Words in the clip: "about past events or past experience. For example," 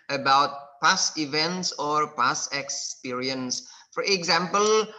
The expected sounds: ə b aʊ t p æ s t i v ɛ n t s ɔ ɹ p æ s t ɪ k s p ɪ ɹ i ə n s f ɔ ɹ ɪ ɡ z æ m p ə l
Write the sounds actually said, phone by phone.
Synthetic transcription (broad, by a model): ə b aʊ t p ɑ s i v ɛ n t s ɔ ɹ p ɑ s ɪ k s p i ɹ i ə n s f ɔ ɹ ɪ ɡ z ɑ m p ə l